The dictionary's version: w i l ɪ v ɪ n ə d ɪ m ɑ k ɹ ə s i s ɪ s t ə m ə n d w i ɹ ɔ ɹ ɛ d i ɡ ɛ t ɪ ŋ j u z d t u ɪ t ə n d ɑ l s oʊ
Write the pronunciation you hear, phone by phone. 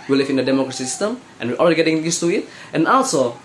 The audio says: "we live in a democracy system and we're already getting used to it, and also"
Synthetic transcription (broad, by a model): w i l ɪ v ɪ n ə d ɪ m ɑ k ɹ ə s i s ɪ s t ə m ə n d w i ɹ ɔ l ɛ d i ɡ ɛ t ɪ ŋ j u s t u ɪ t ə n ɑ l s oʊ